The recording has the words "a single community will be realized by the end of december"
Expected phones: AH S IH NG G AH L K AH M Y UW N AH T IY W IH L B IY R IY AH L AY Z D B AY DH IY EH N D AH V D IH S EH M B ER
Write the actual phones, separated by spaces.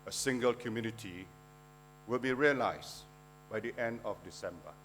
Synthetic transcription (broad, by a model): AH S IH NG G AH L K AH M Y UW N AH T IY W IH L B IY R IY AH L AY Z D B AY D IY EH N D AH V D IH S EH M B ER